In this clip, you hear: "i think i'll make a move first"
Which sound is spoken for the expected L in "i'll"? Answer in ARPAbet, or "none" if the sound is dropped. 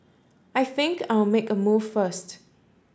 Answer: W